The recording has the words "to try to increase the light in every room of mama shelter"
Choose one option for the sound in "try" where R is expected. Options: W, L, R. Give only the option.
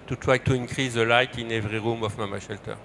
W